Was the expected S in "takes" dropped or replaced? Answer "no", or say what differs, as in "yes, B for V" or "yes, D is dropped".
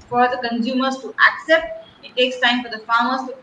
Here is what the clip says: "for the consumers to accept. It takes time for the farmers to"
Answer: no